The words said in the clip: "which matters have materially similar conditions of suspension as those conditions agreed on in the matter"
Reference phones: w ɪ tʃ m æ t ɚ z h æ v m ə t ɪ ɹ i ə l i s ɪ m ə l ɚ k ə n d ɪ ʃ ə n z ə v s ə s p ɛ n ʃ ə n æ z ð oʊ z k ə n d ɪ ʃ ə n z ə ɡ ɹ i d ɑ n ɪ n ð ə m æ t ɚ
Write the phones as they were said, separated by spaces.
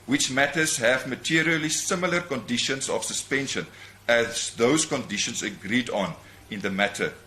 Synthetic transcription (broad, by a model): w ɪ tʃ m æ t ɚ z h æ v m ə t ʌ ɹ i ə l i s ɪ m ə l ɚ k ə n d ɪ ʃ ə n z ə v s ə s p ɛ n ʃ ə n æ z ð oʊ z k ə n d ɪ ʃ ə n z ə ɡ ɹ i d ɑ n ɪ n ð ə m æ t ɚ